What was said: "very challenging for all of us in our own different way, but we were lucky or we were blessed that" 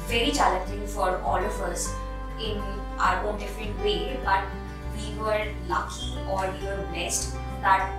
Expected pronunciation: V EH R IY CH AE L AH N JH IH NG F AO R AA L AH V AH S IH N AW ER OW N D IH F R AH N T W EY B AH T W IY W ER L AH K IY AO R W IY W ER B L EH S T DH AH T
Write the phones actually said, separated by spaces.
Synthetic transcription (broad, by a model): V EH R IY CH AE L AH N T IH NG F AO R AA L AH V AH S IH N AW ER OW N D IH F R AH T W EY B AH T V IY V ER L AH K IY AO R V IY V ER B EH S T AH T